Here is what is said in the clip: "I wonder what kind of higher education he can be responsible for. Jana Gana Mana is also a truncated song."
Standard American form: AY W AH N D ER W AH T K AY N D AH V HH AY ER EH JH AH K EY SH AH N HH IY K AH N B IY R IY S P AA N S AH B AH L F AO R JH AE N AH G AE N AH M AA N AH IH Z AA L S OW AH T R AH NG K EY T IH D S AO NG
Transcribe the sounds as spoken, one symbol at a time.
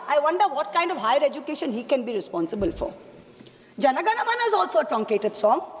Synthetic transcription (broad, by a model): AY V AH N D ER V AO T K AY N D AH V HH AY ER EH JH AH K EY SH AH N HH IY K AH N B IY R IY S P AA N S AH B AH L F AO R JH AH N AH G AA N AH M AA N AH IH Z AA L S OW AH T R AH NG K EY T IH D S AO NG